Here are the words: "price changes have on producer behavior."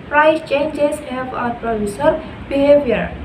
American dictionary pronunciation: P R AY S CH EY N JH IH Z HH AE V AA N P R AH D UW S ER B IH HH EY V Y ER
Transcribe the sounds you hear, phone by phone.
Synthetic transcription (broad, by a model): P R AY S CH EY N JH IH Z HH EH P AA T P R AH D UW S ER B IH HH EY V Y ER